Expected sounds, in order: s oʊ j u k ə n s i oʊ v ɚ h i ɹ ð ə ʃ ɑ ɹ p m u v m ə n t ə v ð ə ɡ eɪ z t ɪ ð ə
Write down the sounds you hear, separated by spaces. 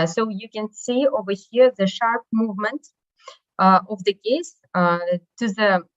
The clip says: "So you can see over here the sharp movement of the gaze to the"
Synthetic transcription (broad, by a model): s oʊ j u k ə n s i oʊ v ɚ h i ɹ ð ə ʃ ɑ ɹ p m u v m ə n t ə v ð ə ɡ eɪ s t ɪ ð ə